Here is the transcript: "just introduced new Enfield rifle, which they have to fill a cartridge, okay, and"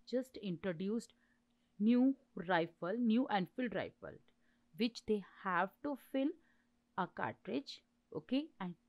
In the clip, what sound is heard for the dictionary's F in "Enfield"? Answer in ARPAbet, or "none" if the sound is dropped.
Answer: F